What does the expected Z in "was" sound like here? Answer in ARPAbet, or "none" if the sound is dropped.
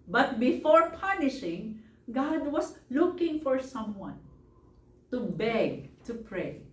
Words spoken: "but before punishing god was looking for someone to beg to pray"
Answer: S